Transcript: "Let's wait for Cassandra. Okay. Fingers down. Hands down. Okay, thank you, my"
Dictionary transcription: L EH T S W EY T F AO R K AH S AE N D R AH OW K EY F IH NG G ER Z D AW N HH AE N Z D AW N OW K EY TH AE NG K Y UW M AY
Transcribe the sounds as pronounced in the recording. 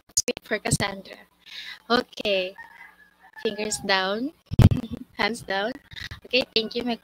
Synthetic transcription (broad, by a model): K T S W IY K F AO R K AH S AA N D R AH OW K EY F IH NG G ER S D AW N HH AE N S D AW N OW K EY T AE NG K Y UW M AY